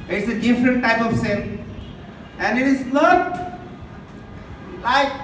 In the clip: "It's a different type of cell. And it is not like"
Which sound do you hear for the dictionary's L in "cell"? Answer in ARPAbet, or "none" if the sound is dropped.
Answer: N